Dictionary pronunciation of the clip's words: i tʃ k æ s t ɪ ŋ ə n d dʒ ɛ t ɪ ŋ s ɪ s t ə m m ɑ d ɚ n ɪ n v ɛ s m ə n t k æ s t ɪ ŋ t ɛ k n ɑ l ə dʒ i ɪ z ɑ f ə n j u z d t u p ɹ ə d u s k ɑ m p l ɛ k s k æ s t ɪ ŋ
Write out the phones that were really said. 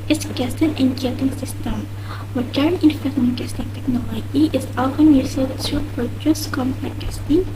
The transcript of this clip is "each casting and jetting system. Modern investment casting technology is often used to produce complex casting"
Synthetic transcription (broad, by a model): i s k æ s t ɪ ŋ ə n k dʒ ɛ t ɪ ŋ s ɪ s t ə m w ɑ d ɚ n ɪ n f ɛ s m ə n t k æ s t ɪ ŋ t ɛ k n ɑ l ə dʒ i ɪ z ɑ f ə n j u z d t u p ɹ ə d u s k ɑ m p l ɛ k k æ s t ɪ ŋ